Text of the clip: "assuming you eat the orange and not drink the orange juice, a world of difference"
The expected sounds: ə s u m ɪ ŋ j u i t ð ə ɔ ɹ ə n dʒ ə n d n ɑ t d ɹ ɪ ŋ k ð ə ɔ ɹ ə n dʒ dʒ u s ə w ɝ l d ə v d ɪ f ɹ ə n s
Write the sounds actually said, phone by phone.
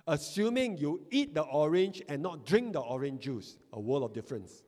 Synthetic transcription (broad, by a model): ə s u m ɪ ŋ j u i t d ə ɔ ɹ ə n dʒ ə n n ɑ t d ɹ ɪ ŋ k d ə ɔ ɹ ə n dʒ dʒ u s ə w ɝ l ə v d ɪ f ɹ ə n s